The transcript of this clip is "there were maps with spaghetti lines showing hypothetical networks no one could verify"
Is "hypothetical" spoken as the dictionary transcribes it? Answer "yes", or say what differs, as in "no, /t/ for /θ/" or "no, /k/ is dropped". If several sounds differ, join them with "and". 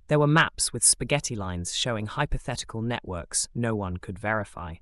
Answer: yes